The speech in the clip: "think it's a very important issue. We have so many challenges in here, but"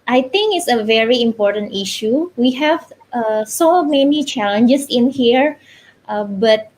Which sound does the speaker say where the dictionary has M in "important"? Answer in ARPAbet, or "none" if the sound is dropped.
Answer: M